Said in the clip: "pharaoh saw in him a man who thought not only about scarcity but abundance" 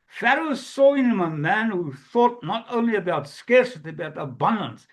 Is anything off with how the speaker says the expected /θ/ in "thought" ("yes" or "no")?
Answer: no